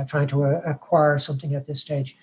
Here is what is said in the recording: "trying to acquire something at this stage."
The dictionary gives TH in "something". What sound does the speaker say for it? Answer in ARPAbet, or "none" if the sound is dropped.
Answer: TH